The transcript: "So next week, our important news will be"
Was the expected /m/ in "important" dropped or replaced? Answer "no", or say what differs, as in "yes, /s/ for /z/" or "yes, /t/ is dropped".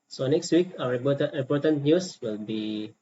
yes, /m/ is dropped